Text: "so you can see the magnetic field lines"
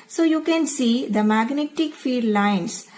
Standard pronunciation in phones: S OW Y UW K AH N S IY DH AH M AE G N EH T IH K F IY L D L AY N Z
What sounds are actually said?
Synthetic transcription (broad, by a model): S OW Y UW K AH N S IY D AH M AE G N EH T IH K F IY D L AY N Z